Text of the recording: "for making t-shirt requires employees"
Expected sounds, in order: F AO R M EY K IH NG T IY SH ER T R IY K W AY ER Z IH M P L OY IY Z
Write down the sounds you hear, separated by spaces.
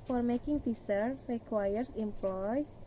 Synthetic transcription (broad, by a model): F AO R M EY K IH NG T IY S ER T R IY K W AY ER S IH M P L OY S